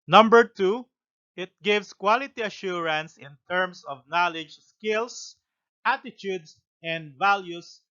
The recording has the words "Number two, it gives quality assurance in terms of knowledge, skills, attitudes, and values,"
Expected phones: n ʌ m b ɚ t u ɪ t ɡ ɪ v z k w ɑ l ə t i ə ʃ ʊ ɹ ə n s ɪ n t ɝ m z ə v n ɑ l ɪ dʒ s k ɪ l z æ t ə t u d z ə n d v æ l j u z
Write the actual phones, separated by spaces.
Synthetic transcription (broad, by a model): n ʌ m b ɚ t u ɪ t ɡ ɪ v s k w ɑ l ə t i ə ʃ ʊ ɹ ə n s ɪ n t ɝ m s ə v n ɑ l ɪ dʒ s k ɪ l s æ t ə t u d s ə n d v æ l j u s